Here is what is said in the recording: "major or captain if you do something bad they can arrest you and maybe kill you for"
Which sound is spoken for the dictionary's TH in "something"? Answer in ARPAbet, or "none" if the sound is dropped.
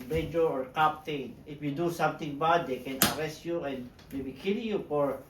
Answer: T